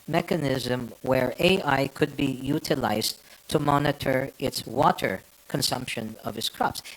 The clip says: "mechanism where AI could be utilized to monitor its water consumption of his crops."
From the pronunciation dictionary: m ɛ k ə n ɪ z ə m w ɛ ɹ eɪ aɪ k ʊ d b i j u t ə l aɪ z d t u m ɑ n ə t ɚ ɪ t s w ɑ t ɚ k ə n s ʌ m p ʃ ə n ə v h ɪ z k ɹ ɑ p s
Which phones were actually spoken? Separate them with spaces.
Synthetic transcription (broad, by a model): m ɛ k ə n ɪ z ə m w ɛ ɹ eɪ aɪ k ʊ d b i j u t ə l aɪ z t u m ɑ n ə t ɚ ɪ t s w ɑ t ɚ k ə n s ʌ m p ʃ ə n ə v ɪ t k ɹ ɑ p s